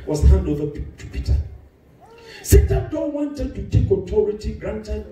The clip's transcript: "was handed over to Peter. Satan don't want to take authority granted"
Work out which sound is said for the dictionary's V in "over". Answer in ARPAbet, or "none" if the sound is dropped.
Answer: P